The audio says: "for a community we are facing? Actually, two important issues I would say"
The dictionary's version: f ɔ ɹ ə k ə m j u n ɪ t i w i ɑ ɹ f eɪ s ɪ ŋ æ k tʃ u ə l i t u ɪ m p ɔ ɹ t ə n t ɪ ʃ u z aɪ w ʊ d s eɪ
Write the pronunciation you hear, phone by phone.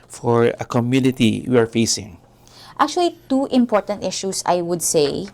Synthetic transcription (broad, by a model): f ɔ ɹ ə k ə m j u n ɪ t i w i ɑ ɹ f eɪ s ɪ ŋ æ k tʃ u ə l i t u ɪ m p ɔ ɹ t ə n t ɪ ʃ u s aɪ w ʊ d s eɪ